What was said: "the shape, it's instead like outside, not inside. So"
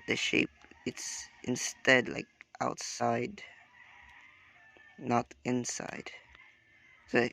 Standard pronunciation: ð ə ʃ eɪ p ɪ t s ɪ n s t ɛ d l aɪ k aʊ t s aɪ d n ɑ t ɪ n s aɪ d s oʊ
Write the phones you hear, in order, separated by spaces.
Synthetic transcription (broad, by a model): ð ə ʃ eɪ p ɪ t s ɪ n s t ɛ d l aɪ k aʊ t s aɪ d n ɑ t ɪ n s aɪ d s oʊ